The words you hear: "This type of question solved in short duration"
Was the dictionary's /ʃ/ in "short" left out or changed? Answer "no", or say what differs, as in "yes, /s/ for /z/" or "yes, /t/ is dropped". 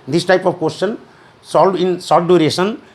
yes, /s/ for /ʃ/